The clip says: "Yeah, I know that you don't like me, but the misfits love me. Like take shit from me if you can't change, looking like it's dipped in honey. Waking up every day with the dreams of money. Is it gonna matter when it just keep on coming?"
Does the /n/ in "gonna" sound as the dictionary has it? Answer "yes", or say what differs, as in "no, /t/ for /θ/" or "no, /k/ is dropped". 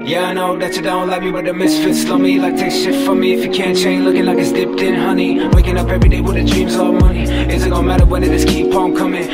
no, /n/ is dropped